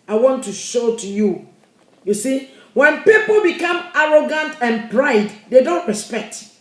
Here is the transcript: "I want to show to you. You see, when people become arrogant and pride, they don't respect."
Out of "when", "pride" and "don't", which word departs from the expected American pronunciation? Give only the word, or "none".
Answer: none